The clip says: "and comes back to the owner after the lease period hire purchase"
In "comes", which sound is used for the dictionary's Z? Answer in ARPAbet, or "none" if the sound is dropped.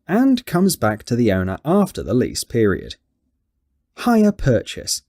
Z